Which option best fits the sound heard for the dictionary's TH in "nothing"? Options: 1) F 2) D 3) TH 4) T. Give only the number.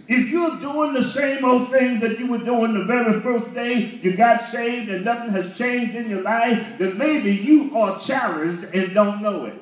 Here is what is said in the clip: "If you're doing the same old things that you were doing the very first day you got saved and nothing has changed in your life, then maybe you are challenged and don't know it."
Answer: 3